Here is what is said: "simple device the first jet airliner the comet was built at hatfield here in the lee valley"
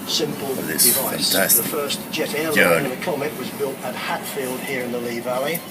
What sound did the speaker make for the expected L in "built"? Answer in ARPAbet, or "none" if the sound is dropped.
L